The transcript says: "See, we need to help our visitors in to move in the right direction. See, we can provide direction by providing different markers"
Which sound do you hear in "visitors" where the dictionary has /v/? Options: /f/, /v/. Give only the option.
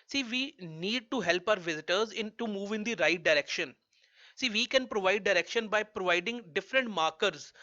/v/